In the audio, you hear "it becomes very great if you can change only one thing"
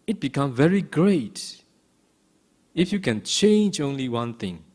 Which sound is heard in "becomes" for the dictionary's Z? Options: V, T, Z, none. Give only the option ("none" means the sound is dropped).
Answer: none